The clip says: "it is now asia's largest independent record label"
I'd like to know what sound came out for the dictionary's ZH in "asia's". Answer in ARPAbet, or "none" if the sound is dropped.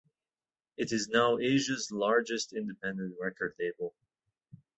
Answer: ZH